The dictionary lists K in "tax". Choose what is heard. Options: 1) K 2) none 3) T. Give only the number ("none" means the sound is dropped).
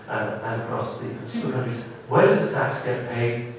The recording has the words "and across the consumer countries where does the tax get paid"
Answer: 1